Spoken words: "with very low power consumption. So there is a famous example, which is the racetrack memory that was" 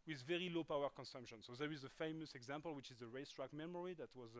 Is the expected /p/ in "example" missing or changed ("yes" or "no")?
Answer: no